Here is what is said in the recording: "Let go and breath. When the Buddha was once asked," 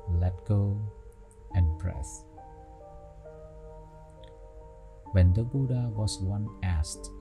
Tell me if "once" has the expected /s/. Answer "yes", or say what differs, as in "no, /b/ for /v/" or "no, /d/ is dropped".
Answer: no, /s/ is dropped